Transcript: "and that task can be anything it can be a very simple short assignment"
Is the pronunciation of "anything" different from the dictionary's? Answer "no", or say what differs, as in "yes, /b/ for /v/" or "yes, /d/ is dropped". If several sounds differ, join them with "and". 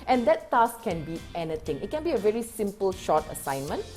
yes, /t/ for /θ/